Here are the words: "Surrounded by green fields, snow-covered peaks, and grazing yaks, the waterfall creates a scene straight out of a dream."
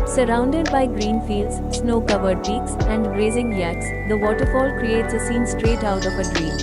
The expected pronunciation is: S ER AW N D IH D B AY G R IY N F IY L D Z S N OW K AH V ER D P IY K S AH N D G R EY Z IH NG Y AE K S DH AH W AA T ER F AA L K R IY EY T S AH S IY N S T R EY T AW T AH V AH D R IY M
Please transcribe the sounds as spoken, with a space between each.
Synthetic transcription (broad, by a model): S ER AW N D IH D B AY G R IY N F IY L D Z S N OW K AH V ER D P IY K S AH N D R EY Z IH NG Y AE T S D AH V AA T ER F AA L K R IY EY T S AH S IY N S T R EY T AW T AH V AH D R IY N